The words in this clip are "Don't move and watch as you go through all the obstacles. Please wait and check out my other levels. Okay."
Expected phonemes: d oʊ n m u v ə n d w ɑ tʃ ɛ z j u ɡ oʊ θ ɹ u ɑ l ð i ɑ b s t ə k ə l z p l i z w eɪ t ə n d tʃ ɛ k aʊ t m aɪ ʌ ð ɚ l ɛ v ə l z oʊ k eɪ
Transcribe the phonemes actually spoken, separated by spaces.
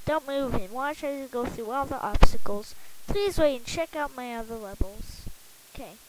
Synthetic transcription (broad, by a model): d oʊ n m u v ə n w ɑ tʃ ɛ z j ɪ ɡ oʊ θ ɹ u ɑ l ð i ɑ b s t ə k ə l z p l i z w eɪ ə n tʃ ɛ k aʊ t m aɪ ʌ ð ɚ l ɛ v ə l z oʊ k eɪ